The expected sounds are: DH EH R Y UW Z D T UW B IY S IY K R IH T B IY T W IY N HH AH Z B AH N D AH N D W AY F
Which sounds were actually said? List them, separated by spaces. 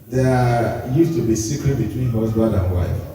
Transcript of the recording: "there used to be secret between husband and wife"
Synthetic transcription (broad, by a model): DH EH Y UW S T UW B IY S IY K R IH T B IY T W IY N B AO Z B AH D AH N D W AY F